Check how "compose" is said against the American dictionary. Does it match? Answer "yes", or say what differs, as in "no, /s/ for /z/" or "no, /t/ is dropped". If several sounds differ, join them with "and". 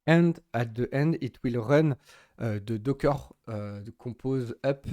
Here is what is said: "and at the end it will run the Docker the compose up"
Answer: no, /m/ is dropped